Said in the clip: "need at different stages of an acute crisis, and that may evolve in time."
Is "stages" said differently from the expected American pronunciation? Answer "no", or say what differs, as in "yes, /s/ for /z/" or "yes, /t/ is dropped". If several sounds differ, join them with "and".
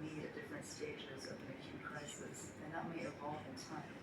no